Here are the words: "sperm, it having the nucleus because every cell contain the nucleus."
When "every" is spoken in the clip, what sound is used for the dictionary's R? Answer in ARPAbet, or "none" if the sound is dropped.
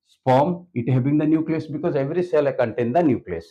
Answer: R